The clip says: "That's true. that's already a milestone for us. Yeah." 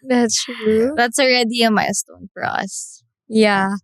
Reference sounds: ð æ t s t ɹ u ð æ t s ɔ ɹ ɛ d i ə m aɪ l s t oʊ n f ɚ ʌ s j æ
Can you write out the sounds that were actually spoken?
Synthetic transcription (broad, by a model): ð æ t s t ɹ u ð æ t s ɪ ɹ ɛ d i ə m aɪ s t oʊ n f ɚ ʌ s j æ